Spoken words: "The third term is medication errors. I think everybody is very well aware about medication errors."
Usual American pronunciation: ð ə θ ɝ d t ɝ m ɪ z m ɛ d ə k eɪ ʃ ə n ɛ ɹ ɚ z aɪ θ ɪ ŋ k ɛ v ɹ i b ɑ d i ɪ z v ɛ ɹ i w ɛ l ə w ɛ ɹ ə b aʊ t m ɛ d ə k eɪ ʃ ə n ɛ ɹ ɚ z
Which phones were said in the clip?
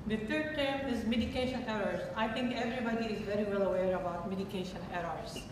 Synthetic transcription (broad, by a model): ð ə t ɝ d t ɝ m ɪ z m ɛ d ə k eɪ ʃ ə n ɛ ɹ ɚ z aɪ t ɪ ŋ k ɛ v ɹ i b ɑ d i ɪ z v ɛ ɹ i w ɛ l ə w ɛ ɹ ə b aʊ t m ɛ d ə k eɪ ʃ ə n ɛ ɹ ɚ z